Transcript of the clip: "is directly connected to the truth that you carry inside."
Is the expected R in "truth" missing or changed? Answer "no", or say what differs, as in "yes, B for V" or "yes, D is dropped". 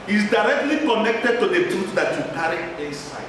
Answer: yes, R is dropped